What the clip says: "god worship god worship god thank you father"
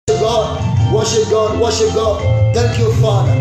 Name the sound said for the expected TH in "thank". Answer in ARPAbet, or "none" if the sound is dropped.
T